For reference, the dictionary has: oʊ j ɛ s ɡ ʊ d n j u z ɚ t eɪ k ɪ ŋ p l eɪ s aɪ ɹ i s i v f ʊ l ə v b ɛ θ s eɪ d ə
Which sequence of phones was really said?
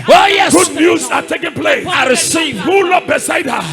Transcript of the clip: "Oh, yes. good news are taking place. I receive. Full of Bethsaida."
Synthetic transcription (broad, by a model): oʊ j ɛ ɡ ʊ d n j u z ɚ t eɪ k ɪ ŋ p l eɪ s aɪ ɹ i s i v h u l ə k b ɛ s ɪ d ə